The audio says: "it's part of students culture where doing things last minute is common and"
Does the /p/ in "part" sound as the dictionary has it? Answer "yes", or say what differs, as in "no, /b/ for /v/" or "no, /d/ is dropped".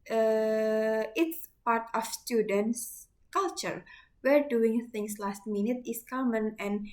yes